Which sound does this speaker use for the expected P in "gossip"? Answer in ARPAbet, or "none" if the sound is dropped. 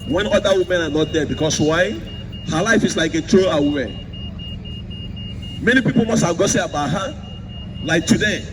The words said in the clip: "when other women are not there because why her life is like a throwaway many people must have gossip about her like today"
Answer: none